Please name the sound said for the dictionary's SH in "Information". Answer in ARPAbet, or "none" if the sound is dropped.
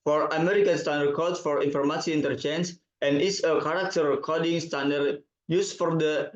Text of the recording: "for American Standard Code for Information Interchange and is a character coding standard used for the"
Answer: S